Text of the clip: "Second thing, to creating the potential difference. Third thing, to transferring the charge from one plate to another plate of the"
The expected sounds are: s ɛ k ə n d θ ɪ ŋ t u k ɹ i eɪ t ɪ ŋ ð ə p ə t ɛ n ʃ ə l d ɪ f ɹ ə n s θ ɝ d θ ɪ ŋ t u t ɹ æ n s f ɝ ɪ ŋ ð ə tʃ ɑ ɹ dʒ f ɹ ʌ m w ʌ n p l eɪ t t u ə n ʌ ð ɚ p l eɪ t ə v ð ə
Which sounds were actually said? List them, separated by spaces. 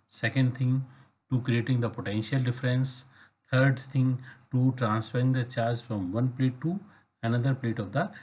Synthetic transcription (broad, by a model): s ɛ k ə n d t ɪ ŋ t u k ɹ i eɪ t ɪ ŋ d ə p ə t ɛ n ʃ ə l d ɪ f ɹ ə n s t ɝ d t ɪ ŋ t u t ɹ æ n s f ɝ ɪ ŋ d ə tʃ ɑ ɹ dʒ f ɹ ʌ m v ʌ n p l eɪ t t u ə n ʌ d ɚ p l eɪ t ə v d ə